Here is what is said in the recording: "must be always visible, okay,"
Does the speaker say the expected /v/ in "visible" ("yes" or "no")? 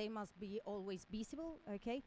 no